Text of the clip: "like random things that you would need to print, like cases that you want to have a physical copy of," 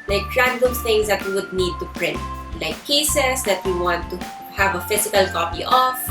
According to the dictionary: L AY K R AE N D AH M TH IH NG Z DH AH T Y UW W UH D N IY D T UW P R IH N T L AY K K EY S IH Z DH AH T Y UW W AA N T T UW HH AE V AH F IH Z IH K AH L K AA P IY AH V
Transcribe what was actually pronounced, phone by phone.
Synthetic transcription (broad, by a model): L AY K R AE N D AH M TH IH NG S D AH T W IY W UH D N IY D T UW P R IH N T L AY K K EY S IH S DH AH T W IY W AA N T T UW HH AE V AH F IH S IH K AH L K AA P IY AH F